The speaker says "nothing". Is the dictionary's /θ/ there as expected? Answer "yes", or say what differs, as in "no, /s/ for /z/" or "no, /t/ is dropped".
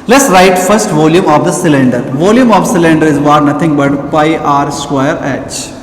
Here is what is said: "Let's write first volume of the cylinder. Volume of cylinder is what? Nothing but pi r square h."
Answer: no, /t/ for /θ/